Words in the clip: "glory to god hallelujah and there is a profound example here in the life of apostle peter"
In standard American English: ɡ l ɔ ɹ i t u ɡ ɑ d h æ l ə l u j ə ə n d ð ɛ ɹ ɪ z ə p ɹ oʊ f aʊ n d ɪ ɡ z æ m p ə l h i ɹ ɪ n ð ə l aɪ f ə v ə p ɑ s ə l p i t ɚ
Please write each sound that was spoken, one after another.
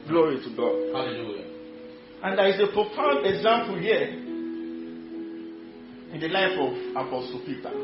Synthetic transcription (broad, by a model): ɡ l ɔ ɹ i t u ɡ ɑ d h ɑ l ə l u j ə ə n d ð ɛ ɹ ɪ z ə p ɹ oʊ f aʊ n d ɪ ɡ z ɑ m p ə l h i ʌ ɪ n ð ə l aɪ f ə v ə p ɑ s ə l p i t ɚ